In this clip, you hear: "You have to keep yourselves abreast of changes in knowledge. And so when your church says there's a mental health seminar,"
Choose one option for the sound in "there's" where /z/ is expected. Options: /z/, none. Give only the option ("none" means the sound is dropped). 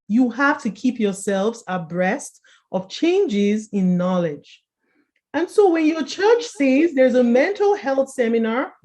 /z/